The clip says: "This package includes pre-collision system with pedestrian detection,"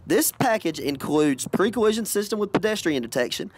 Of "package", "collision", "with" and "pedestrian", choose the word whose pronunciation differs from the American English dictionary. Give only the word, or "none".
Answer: collision